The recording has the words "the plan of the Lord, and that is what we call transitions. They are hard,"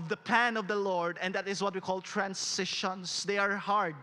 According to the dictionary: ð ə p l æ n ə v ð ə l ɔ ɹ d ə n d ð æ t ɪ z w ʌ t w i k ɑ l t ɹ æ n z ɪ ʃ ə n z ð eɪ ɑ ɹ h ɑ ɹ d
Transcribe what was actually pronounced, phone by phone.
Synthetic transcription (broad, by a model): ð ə p æ n ə v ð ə l ɔ ɹ d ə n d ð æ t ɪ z w ʌ t w i k ɑ l t ɹ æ n s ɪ ʃ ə n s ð eɪ ɑ ɹ h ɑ ɹ d